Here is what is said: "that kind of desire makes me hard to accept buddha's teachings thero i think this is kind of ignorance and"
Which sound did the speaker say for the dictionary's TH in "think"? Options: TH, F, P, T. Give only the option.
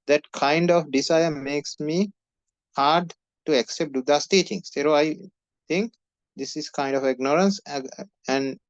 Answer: T